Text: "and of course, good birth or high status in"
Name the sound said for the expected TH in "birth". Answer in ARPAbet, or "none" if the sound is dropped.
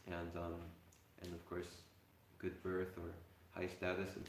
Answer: TH